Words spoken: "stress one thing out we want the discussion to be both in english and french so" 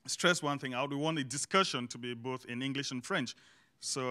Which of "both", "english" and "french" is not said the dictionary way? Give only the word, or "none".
none